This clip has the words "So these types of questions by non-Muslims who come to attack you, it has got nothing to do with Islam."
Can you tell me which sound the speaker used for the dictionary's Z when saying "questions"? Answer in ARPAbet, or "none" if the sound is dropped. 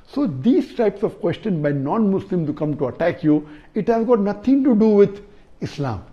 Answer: none